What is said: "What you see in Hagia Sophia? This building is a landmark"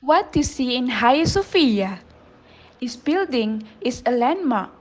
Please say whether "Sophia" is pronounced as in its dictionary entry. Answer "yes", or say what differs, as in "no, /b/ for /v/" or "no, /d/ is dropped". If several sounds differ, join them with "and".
yes